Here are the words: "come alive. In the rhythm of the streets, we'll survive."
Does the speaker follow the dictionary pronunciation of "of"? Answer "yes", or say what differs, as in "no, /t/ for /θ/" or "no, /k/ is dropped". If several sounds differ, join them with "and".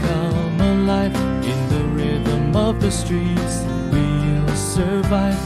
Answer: yes